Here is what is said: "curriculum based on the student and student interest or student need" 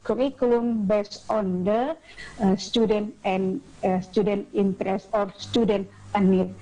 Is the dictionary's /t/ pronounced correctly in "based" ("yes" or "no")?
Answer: no